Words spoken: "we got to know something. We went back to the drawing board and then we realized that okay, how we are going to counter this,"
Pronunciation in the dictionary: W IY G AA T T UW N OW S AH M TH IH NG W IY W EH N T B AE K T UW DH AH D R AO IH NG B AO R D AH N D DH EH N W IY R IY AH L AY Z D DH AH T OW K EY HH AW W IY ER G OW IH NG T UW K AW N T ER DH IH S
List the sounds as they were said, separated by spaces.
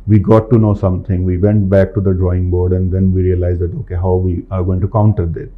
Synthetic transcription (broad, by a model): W IY G AA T T UW N OW S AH M T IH NG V IY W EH N T B AE K T UW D AH D R AO IH NG B AO R D AH N D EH N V IY R IY AH L AY Z D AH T OW K EY HH AW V IY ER G OW IH NG T UW K AW N T ER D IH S